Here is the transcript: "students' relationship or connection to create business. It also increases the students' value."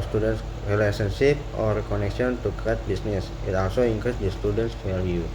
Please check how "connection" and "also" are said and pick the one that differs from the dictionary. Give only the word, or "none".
connection